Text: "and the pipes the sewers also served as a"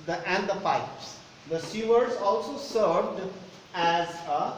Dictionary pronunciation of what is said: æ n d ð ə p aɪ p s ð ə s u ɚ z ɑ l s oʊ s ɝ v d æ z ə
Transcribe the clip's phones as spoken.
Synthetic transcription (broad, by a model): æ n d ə p aɪ p s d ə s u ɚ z ɑ l s oʊ s ɝ v d æ z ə